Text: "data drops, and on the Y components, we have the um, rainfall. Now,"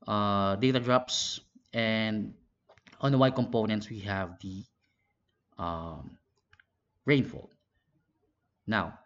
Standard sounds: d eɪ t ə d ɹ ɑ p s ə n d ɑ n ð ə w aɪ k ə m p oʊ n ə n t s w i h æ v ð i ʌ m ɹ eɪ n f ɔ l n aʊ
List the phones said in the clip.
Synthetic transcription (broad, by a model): d eɪ t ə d ɹ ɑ p s ə n d ɑ n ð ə w aɪ k ə m p oʊ n ə n t s w i h æ v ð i ʌ m ɹ eɪ n f ɔ l n aʊ